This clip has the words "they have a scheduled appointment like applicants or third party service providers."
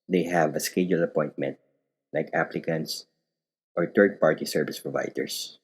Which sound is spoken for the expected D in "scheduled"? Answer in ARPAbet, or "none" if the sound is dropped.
none